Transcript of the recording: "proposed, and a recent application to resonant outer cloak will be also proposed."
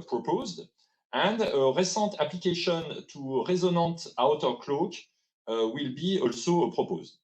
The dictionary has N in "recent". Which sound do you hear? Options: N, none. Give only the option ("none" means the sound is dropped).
none